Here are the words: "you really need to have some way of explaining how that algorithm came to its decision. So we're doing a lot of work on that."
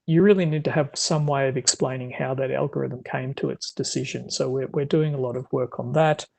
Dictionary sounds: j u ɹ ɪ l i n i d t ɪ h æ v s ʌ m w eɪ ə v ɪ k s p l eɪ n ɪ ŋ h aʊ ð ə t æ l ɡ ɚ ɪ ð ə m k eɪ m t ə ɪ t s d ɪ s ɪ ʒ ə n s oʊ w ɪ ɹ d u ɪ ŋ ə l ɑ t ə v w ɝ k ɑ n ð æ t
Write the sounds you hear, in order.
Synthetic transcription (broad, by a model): j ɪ ɹ ɪ l i n i d t ɪ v s ʌ m w eɪ ə v ɪ k s p l eɪ n ɪ ŋ h aʊ ð ə t æ l ɡ ɚ ɪ ð ə m k eɪ m t ə ɪ t s d ɪ s ɪ ʒ ə n s oʊ w ɪ ɹ d u ɪ ŋ ə l ɑ t ə v w ɝ k n ð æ t